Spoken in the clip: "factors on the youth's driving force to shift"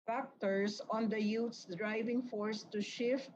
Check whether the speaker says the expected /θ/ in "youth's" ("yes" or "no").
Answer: no